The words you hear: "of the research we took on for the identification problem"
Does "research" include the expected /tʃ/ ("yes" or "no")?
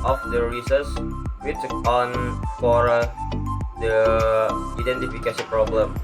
no